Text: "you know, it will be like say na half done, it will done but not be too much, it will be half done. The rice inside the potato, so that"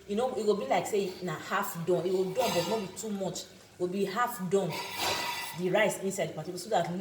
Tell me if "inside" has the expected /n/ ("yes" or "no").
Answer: yes